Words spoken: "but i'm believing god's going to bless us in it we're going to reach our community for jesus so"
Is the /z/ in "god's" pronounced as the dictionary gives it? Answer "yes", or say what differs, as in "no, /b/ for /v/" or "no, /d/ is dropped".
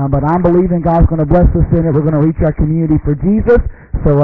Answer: yes